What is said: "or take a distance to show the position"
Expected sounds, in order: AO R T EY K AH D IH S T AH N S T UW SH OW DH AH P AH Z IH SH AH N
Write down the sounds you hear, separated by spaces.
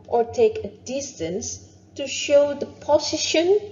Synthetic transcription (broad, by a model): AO R T EY K AH D IH S T AH N S T UW SH OW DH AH P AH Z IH SH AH N